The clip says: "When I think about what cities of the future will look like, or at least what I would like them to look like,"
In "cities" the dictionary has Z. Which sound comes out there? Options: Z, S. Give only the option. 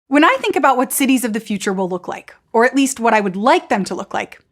Z